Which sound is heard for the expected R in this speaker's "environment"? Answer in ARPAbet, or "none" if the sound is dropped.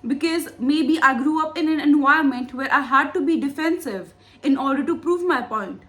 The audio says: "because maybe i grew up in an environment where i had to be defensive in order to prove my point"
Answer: none